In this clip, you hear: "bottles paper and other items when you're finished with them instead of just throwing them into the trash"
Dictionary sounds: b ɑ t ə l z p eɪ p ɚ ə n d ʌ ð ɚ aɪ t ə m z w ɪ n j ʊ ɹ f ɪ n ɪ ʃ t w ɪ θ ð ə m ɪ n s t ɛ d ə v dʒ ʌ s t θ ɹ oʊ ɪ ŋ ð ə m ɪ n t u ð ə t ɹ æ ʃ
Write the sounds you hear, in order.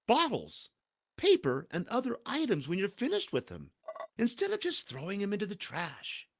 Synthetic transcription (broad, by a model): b ɑ t l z p eɪ p ɚ ə n d ʌ ð ɚ aɪ t ə m z w ɪ n j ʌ ɹ f ɪ n ɪ ʃ t w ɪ ð ə m ɪ n s t ɛ d ə v dʒ ʌ s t θ ɹ oʊ ɪ ŋ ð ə m ɪ n t u ð ə t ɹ æ ʃ